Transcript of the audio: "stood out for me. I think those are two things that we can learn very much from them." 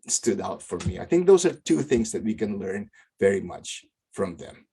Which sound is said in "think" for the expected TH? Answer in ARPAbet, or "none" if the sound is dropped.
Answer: TH